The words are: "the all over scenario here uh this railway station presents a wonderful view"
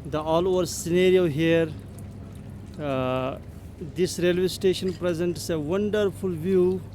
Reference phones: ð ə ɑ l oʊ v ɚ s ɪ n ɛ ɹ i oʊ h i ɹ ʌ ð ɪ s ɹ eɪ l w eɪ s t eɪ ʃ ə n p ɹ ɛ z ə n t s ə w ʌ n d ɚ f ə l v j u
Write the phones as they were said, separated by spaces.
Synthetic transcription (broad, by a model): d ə ɑ l oʊ v ɚ s ɪ n ɛ ɹ i oʊ h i ɹ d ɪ s ɹ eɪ l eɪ s t eɪ ʃ ə n p ɹ ɛ z ə n t s ə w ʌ n d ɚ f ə l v j u